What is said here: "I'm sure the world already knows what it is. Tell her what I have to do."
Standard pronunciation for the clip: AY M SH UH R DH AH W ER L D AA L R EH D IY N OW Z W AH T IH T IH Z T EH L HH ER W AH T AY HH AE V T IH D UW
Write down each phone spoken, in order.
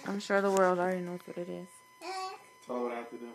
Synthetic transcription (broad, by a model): AY M SH UH R DH AH W ER L D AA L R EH D IY N OW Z W AH T IH T IH Z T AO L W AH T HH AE T IH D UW